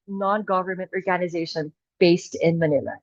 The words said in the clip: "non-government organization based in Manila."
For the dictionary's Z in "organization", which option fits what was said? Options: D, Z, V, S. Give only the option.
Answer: Z